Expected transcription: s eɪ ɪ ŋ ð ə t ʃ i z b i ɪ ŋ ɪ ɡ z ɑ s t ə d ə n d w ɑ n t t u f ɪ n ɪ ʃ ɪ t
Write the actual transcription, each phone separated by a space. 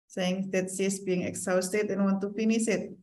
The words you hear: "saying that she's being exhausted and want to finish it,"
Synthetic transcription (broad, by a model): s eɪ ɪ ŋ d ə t s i s b i ɪ ŋ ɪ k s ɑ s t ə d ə n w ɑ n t t u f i n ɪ s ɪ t